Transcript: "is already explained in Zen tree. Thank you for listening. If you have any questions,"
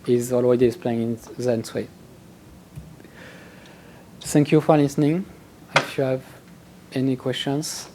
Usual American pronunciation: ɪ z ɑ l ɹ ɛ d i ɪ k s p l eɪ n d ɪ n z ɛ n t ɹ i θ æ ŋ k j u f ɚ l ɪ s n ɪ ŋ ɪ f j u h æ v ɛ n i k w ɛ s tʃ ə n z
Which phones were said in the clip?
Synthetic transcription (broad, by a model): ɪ z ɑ l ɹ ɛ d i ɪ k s p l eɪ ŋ ɪ n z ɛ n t w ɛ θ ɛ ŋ k j u f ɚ l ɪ s n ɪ ŋ ɪ f j u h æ v ɛ n i k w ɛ s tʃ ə n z